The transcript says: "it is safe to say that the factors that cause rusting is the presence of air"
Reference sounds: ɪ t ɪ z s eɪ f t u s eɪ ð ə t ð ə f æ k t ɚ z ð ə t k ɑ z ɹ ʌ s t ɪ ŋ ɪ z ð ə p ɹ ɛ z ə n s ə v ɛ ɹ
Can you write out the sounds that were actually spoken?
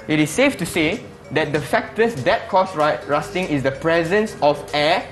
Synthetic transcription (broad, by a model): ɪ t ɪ s eɪ f t u s eɪ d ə t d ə f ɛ k t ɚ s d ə t k ɑ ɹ ɹ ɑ s t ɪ ŋ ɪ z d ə p ɹ ɛ z ə n s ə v ɛ